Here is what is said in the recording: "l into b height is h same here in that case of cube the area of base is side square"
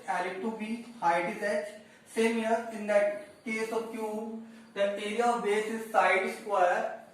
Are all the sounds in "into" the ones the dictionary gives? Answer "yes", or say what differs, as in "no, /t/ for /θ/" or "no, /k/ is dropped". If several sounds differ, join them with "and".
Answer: no, /n/ is dropped